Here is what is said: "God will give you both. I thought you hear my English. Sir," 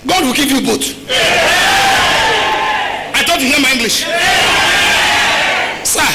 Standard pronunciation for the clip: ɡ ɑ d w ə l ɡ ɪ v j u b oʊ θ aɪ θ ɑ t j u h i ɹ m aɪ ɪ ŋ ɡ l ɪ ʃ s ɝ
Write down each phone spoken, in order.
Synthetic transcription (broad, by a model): ɡ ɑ d w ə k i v j u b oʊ t aɪ t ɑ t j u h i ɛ m aɪ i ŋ ɡ l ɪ ʃ s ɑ